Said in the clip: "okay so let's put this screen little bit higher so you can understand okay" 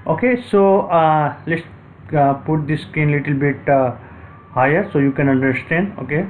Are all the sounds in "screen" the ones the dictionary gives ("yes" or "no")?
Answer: no